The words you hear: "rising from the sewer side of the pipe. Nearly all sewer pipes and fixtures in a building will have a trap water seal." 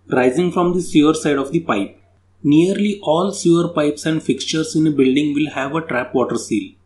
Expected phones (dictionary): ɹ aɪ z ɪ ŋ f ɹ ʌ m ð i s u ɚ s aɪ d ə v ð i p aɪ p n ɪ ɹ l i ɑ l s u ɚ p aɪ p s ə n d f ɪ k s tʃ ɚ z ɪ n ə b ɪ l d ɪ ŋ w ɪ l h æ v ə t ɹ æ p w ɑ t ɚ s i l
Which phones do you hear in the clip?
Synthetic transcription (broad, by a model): ɹ aɪ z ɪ ŋ f ɹ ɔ m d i s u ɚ s aɪ d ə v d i p aɪ p n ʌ ɹ l i ɑ l s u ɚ p aɪ p s ə n d f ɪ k s tʃ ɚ s ɪ n ə b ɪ l d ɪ ŋ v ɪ l h æ v ə t ɹ æ p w ɑ t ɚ s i l